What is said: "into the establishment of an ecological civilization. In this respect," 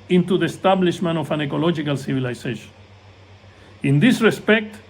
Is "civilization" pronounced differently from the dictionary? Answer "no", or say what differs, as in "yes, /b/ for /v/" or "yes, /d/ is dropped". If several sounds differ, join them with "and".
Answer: yes, /s/ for /z/